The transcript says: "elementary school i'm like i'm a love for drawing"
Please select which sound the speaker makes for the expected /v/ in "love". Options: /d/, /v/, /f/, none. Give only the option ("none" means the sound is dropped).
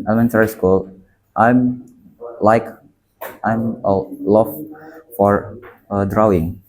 /f/